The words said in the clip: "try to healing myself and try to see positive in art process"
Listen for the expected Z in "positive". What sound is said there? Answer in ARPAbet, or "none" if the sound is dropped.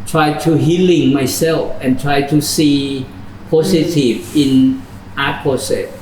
S